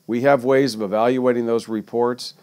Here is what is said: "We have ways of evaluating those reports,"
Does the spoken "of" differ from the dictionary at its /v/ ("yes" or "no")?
no